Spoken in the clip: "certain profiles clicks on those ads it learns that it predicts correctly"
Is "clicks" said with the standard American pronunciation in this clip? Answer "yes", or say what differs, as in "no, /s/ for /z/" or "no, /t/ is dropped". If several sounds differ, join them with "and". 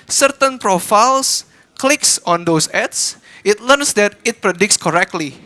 yes